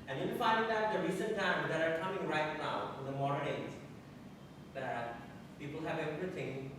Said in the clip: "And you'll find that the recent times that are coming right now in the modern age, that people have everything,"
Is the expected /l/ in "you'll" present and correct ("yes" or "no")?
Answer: no